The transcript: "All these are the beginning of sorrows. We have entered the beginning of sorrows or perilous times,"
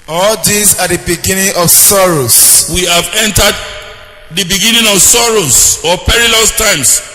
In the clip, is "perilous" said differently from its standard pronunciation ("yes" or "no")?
no